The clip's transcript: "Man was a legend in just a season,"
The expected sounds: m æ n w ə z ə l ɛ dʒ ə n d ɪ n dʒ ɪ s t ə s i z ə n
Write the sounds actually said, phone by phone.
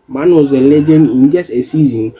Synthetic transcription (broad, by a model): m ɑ n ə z ə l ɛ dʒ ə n ɪ n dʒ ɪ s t ə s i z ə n